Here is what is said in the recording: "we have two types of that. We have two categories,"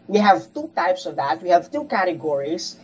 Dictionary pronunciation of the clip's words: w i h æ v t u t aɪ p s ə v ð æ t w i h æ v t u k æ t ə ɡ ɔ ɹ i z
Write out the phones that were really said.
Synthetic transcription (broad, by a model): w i h æ v t u t aɪ p s ə v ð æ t w i h æ v t u k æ t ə ɡ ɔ ɹ i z